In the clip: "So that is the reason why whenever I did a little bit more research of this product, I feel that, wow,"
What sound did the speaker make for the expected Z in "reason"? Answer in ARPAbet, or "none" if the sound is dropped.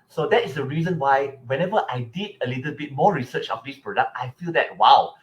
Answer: Z